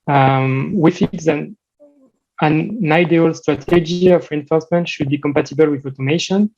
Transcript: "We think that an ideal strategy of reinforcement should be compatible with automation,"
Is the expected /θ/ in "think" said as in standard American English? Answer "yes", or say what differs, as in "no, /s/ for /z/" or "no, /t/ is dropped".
no, /f/ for /θ/